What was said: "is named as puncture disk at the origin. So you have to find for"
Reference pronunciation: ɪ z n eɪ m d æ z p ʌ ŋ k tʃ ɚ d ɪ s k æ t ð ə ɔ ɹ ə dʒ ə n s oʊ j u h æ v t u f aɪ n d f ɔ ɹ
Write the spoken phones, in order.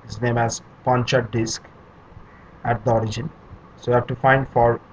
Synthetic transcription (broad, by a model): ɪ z n eɪ m æ z p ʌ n tʃ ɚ d ɪ s k æ t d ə ɔ ɹ ə dʒ ə n s oʊ j u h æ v t u f aɪ n d f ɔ ɹ